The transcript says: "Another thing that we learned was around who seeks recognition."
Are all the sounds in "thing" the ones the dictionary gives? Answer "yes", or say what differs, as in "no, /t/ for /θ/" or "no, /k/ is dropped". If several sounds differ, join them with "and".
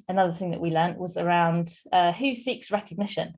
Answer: yes